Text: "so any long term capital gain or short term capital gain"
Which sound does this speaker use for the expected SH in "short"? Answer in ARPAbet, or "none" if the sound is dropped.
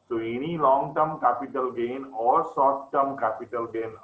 S